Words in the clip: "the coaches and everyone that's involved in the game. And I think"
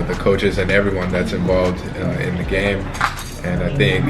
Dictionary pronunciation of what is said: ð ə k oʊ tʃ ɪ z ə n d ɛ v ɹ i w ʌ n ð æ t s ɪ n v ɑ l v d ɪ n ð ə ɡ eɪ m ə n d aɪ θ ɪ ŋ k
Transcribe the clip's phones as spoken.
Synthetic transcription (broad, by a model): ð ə k oʊ tʃ ɪ z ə n ɛ v ɹ i w ʌ n ð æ t s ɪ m v ɑ l v d ɪ n ð ə ɡ eɪ m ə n aɪ θ ɪ ŋ k